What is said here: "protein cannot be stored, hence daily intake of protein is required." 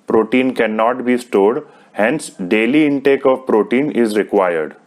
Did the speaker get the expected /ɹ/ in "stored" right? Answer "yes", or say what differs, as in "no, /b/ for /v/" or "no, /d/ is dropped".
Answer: yes